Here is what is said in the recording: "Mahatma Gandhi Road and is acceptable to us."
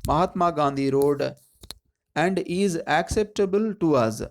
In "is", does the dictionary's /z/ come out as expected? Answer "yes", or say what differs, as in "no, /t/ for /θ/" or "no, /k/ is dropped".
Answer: yes